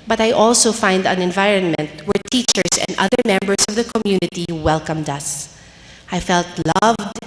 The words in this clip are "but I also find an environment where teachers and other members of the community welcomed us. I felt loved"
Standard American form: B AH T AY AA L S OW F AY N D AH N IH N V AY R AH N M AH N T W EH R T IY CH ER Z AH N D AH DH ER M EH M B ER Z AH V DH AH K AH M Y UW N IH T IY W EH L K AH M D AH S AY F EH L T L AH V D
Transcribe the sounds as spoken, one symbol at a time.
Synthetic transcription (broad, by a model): B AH T AY AA L S OW F AY N D AH N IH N V AY R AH N M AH N T W EH R T IY CH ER S AH N D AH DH ER M EH M B ER S AH V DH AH K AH M Y UW N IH T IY W EH L K AH M D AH S AY F EH L T L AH V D